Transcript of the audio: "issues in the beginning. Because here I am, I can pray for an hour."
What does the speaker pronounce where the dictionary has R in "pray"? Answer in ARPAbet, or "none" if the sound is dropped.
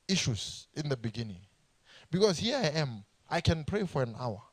R